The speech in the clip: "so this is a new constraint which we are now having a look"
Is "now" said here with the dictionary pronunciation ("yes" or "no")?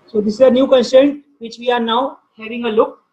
yes